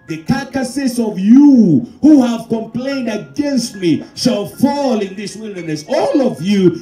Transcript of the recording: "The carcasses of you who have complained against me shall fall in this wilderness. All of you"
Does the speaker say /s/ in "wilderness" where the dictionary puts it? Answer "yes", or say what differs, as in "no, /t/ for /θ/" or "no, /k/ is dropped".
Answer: yes